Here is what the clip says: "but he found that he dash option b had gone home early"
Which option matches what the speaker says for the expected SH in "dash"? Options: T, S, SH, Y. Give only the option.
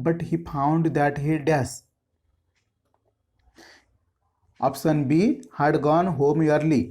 S